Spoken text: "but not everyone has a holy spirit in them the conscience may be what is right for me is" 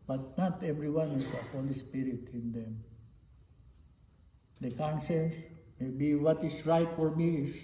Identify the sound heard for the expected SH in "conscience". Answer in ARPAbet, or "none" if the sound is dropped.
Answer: S